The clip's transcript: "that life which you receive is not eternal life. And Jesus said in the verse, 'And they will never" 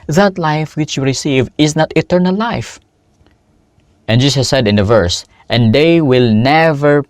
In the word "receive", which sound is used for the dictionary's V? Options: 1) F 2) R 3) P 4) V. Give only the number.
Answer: 4